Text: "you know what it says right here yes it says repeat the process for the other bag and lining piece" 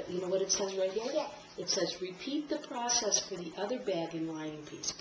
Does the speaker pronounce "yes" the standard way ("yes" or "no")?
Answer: no